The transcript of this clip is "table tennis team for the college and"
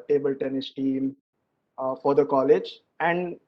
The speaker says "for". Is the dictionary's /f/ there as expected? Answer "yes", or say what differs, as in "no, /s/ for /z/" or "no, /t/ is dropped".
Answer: yes